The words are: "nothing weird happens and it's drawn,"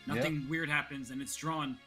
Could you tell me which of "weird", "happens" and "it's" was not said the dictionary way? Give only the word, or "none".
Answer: none